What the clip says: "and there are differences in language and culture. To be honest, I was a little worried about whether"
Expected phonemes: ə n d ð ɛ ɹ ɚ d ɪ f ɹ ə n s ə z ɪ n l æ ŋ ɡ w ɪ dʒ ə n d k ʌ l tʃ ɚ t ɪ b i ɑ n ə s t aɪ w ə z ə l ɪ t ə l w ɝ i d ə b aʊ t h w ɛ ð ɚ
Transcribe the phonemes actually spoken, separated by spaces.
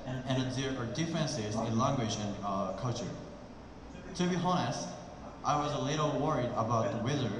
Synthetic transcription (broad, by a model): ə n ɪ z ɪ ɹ ɚ d ɪ f ɹ ə n s ə z ɪ n l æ ŋ ɡ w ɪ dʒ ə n k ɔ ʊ tʃ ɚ t ɪ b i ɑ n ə s t aɪ w ə z ə l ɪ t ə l w ɝ i d ə b aʊ t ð w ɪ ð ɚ